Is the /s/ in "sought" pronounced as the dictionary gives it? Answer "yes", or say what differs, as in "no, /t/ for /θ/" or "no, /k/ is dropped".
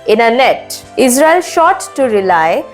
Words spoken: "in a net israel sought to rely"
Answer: no, /ʃ/ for /s/